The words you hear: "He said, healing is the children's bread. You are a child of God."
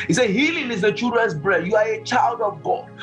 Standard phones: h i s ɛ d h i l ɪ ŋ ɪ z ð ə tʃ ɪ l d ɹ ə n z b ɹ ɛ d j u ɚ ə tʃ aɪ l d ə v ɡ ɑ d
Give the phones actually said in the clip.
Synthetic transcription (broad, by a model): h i s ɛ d h i l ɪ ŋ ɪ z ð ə tʃ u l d ɹ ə n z b ɹ ɛ d j u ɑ ə tʃ aɪ l d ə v ɡ ɑ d